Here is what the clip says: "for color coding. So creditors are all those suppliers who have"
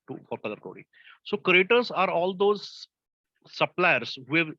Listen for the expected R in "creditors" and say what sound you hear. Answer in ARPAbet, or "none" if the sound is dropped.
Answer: none